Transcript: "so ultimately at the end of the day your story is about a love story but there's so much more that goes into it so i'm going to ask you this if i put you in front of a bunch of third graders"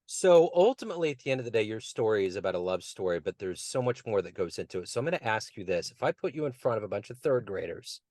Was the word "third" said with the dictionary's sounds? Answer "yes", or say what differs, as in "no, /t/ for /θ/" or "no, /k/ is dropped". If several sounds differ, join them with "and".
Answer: yes